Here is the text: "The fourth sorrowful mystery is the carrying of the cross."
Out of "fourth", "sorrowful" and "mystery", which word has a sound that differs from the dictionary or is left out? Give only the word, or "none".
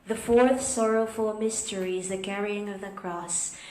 none